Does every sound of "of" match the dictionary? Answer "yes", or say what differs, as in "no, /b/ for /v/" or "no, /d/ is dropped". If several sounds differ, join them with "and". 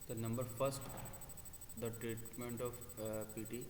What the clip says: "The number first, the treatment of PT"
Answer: no, /p/ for /v/